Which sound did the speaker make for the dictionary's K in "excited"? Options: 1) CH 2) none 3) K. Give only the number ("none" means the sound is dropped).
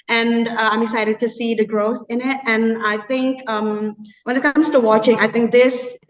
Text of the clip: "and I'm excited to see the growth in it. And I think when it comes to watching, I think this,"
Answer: 2